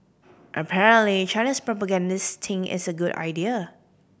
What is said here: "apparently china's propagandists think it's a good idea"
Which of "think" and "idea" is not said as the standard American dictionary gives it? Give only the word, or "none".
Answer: think